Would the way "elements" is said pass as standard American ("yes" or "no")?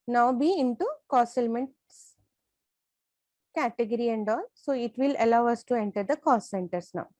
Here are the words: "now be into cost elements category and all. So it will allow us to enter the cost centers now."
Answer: yes